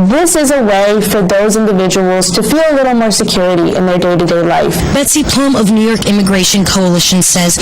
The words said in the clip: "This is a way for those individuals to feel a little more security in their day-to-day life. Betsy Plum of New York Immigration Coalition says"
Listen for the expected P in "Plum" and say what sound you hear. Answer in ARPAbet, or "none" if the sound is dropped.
P